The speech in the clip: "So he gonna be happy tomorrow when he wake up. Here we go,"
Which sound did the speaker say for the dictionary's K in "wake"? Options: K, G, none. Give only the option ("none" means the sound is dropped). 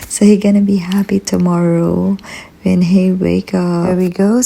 K